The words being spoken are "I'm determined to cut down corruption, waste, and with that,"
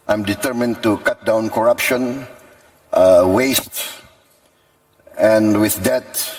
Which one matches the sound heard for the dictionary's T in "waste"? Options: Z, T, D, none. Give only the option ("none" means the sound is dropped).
T